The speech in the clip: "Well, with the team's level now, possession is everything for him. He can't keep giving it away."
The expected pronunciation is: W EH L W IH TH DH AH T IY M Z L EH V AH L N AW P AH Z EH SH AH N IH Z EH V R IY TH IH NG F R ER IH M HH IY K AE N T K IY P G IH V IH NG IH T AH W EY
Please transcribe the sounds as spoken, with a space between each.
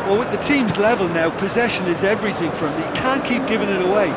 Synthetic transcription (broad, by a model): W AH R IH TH DH AH T IY M Z L EH V AH L N AW P AH Z EH SH AH N IH Z EH V R IY TH IH NG F R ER IH M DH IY K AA N K IY P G IH V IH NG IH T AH W EY